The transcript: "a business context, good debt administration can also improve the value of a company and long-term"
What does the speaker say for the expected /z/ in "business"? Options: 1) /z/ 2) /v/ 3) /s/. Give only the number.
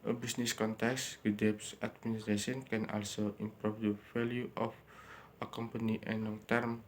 3